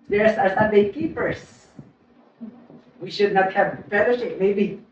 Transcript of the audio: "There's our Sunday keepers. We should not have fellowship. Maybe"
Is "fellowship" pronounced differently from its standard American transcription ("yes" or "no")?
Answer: yes